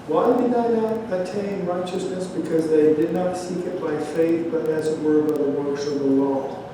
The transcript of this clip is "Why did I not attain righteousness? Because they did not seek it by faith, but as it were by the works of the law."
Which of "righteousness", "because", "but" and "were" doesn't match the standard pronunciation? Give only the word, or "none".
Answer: none